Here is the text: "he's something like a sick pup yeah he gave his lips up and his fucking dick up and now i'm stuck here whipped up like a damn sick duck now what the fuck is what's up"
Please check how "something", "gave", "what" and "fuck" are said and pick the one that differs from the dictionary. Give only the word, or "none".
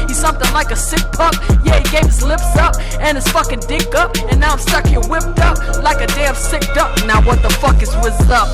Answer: none